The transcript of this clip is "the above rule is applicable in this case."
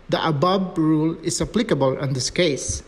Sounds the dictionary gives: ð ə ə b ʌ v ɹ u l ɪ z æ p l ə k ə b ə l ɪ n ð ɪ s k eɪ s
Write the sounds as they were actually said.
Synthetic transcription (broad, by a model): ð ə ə b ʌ b ɹ u l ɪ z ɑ p l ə k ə b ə l ɪ n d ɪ s k eɪ s